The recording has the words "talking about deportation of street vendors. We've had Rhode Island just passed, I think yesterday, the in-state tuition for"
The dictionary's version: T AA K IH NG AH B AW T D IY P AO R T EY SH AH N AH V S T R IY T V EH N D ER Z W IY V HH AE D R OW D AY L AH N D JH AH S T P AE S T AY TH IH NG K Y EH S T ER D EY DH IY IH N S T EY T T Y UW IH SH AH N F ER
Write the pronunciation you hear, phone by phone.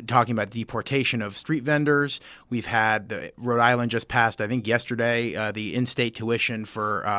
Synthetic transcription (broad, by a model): T AA K IH NG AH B AW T D IY P AO R T EY SH AH N AH V S T R IY T V EH N D ER Z W IY V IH D R OW D AY L AH N D JH AH S P AE S T AY TH IH NG K Y EH S T ER D EY DH IY IH N S T EY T T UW IH SH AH N F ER